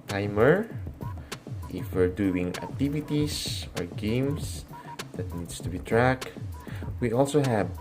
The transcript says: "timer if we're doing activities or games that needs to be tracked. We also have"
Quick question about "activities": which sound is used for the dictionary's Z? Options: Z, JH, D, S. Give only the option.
S